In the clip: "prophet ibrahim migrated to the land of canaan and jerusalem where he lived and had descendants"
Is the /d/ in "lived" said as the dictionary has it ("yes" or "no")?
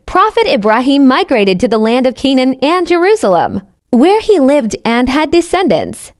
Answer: yes